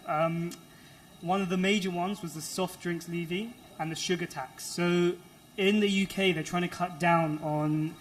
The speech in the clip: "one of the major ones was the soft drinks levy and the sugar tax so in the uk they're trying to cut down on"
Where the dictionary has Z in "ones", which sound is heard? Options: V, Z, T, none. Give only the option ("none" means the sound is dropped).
Z